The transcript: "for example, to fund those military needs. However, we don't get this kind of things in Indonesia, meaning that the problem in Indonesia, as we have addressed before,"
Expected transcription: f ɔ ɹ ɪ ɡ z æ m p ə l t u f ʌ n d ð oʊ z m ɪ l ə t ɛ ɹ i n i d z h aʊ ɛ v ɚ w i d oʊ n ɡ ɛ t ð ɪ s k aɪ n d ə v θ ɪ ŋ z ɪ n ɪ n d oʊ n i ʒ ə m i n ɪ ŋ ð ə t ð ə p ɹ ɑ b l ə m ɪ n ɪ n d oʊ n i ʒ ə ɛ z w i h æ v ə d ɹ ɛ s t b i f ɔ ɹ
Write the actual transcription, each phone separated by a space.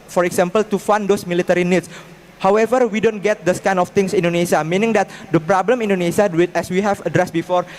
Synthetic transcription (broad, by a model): f ɔ ɹ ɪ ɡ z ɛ m p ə l t u f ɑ n d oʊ s m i l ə t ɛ ɹ i n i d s h aʊ ɛ v ɚ w i d oʊ n ɡ ɛ t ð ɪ s k aɪ n ə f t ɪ ŋ s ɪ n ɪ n d oʊ n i s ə m i n ɪ ŋ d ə t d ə p ɹ ɑ b l ə m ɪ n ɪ n d oʊ n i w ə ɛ s w i h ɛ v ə d ɹ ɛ s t b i f ɔ ɹ